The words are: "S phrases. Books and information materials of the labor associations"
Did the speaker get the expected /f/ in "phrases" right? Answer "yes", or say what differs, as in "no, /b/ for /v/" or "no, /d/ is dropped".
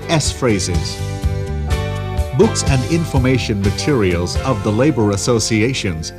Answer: yes